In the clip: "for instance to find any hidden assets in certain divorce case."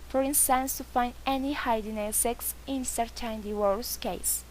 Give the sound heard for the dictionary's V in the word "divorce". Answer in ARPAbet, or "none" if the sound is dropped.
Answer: W